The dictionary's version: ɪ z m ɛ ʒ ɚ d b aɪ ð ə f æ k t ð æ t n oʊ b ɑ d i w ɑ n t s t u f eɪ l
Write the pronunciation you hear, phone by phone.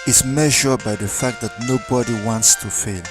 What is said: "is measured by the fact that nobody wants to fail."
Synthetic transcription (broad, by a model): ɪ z m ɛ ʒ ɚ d b aɪ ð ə f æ k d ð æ t n oʊ b ɑ d i w ɑ n t s t u f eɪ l